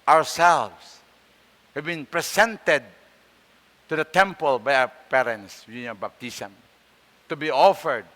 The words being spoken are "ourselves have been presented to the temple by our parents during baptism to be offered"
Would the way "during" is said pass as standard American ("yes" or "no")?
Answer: no